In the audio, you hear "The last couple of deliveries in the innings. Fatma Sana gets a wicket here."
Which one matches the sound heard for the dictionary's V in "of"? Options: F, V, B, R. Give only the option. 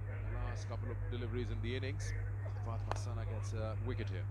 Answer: V